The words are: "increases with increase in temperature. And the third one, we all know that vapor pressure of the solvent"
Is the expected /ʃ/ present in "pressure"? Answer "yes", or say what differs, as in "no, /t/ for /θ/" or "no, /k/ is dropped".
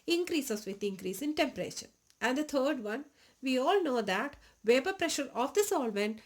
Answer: yes